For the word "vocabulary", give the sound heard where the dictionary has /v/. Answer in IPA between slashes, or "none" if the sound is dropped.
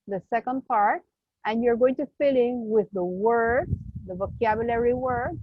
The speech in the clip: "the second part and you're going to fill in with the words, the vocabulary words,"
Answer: /v/